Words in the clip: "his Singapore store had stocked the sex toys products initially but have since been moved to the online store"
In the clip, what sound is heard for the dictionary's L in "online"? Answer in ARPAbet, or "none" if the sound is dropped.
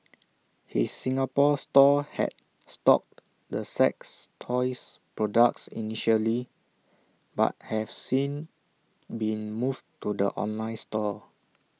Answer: L